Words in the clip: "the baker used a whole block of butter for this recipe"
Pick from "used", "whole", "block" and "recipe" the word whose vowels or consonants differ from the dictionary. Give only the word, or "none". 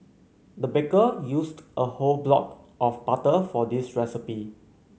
used